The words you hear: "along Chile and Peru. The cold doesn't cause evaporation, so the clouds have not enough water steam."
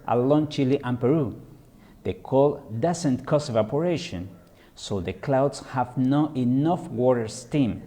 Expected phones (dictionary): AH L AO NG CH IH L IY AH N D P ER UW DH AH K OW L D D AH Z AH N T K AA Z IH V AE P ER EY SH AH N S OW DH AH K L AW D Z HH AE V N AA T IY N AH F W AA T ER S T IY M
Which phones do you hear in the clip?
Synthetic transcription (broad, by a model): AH L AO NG CH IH L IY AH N P ER UW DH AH K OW L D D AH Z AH N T K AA S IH V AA P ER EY SH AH N S OW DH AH K L AW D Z HH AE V N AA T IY N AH F W AA T ER S T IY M